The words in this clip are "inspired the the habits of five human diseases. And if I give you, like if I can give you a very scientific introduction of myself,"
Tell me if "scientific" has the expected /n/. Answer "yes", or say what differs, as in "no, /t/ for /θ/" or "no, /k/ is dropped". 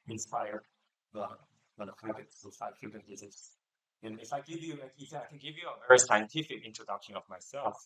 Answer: yes